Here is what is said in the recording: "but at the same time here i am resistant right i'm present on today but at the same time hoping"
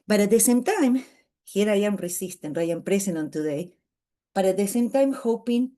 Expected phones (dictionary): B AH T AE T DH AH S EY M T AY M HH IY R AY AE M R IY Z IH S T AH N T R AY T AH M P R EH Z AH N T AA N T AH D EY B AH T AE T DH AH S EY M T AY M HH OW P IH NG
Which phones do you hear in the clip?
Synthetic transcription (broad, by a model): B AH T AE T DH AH S EY M T AY M HH IY R AY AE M R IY S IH S T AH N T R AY AH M P R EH S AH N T AA N T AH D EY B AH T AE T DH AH S EY M T AY M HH OW P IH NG